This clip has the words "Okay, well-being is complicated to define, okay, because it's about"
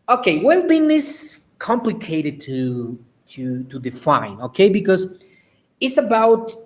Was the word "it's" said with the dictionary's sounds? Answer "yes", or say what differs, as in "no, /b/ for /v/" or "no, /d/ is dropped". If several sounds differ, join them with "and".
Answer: yes